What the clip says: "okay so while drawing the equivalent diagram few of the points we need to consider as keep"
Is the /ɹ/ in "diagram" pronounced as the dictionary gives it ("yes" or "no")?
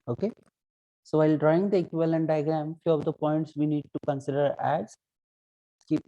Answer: yes